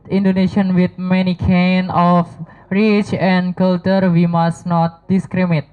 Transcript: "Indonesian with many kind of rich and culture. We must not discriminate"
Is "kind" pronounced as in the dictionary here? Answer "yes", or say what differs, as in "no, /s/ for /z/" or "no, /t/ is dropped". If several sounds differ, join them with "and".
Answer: no, /d/ is dropped